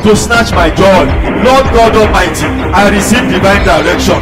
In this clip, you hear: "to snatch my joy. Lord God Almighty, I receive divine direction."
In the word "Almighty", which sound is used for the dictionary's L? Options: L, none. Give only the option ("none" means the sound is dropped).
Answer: none